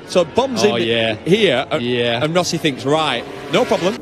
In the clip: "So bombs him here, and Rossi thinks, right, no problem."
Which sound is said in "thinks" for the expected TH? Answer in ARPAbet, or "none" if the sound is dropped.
TH